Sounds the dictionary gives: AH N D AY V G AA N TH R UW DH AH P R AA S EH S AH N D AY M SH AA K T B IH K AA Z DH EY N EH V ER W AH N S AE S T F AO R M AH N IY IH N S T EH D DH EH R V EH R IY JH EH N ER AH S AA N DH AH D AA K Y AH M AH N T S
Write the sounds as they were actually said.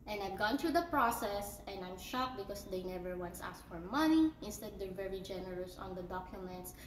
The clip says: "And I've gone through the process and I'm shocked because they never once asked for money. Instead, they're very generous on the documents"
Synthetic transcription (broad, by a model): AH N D AY V G AA N T R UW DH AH P R AA S EH S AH N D AY M SH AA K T B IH K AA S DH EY N EH V ER W AH N S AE S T F AO R M AH N IY IH N S T EH D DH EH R V EH R IY JH EH N ER AH S AA N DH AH D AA K Y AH M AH N T S